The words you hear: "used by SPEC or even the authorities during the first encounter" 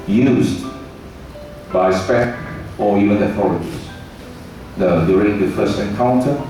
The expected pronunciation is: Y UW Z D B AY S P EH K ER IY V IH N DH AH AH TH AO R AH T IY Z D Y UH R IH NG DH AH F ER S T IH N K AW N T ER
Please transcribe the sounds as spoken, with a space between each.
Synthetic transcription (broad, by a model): Y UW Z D B AY S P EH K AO IY V IH N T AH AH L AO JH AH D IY D Y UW R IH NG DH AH F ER S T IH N K AW N T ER